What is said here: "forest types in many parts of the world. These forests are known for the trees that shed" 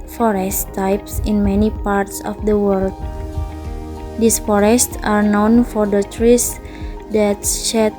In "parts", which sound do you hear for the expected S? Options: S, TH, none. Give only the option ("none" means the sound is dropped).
S